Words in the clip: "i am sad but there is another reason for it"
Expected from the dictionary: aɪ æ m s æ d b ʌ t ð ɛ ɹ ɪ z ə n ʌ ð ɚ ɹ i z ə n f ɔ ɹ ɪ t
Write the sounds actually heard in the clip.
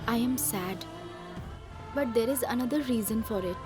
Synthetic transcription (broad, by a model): aɪ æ m s æ d b ʌ t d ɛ ɹ ɪ z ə n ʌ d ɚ ɹ i z ə n f ɔ ɹ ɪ t